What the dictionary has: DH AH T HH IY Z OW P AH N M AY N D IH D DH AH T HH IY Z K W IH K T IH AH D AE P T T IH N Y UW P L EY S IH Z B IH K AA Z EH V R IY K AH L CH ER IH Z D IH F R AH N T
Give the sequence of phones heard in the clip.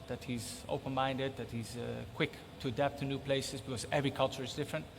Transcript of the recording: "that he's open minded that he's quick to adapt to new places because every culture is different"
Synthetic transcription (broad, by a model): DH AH T HH IY Z OW P AH N M AY N D IH D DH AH T HH IY Z K W IH K T IH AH D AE P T T IH N Y UW P L EY S IH Z B IH K AA Z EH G R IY K AH L CH ER IH Z D IH F R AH N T